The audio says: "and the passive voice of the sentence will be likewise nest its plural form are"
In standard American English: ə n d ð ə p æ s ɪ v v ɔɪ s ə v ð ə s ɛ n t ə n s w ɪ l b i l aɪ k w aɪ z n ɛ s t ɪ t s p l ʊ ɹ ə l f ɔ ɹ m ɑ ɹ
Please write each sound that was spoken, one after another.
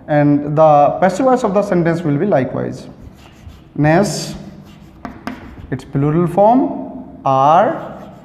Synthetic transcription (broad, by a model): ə n d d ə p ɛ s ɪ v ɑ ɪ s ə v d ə s ɛ n t ə n s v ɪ l b i l aɪ k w aɪ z n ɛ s ɪ t s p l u ɹ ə l f ɔ ɹ m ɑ ɹ